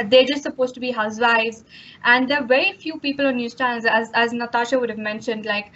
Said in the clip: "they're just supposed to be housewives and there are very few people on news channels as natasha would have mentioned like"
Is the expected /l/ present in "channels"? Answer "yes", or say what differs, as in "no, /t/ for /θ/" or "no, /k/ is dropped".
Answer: no, /l/ is dropped